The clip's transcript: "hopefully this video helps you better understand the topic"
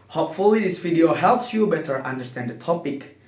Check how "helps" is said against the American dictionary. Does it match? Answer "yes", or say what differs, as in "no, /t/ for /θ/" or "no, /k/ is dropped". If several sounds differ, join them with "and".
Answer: yes